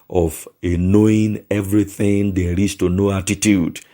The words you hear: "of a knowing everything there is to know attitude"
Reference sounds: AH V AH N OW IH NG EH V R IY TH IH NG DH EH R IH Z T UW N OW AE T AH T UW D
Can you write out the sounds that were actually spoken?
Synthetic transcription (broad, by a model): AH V AH N OW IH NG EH V R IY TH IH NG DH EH L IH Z T UW N OW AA T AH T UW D